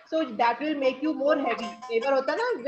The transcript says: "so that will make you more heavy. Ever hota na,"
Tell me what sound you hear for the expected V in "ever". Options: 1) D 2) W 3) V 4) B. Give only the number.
4